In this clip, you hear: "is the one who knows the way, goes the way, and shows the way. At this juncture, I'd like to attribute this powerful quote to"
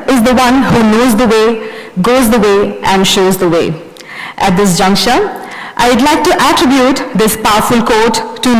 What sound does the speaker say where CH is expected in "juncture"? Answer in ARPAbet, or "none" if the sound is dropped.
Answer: SH